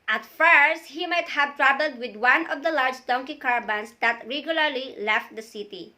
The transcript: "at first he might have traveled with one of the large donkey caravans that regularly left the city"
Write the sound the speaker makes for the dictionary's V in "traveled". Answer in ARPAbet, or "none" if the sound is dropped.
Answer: B